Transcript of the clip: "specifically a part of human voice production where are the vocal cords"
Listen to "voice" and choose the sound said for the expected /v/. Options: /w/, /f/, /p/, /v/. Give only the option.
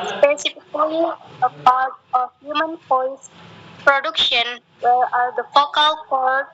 /f/